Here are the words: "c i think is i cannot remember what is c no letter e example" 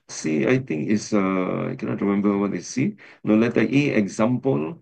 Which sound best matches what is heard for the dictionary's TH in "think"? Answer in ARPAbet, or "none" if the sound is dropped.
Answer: T